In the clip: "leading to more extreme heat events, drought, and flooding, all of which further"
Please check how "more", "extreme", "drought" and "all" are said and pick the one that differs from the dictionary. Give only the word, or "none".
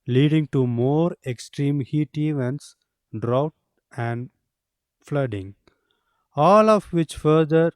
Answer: none